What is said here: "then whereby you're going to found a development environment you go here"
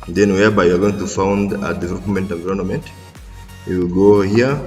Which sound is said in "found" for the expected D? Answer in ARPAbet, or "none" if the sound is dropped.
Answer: D